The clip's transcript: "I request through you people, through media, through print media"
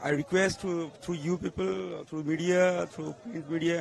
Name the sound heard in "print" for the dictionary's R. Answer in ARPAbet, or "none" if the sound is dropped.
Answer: none